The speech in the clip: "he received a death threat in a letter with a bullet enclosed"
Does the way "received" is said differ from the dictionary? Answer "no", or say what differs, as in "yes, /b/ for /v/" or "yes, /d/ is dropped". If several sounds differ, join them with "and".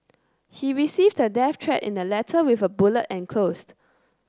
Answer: no